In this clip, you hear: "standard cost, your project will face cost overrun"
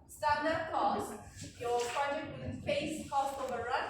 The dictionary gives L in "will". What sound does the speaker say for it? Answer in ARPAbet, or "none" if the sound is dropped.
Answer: N